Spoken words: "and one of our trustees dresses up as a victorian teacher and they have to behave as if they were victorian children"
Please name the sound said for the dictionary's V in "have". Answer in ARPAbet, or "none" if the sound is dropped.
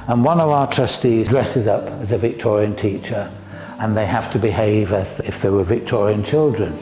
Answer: F